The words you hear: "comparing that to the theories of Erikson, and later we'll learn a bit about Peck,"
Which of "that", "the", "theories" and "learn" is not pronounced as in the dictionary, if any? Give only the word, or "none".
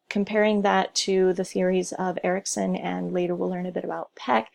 none